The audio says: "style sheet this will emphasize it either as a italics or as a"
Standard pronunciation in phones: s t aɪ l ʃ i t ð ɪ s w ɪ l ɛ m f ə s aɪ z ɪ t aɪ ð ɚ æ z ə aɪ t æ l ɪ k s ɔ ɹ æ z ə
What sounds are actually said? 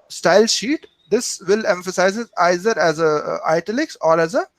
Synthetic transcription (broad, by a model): s t aɪ l ʃ i t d ɪ s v ɪ l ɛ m f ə s aɪ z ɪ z aɪ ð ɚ æ z ə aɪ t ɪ l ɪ k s ɔ ɹ æ z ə